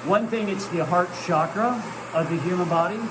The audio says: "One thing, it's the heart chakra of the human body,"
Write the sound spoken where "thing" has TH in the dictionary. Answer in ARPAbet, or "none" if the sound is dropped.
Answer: TH